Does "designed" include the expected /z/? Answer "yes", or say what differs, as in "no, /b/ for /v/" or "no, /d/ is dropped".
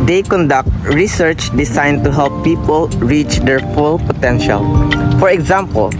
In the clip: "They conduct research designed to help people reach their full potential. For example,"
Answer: no, /s/ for /z/